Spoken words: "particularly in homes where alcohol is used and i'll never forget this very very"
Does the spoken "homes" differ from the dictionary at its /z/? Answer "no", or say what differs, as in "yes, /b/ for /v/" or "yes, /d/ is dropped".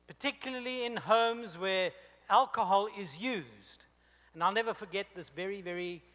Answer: no